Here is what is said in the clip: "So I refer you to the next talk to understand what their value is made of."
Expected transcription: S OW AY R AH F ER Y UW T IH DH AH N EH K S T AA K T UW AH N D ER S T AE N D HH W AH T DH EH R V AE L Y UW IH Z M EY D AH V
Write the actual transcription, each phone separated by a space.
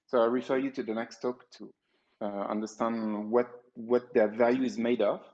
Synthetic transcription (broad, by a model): S OW AY R AH F ER Y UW T IH DH AH N EH K S T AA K T UW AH N D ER S T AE N D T W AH T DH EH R V AE L Y UW IH Z M EY D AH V